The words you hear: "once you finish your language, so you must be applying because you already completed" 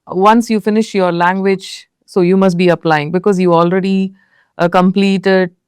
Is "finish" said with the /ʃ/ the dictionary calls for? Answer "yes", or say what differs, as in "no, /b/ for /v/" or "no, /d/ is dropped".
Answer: yes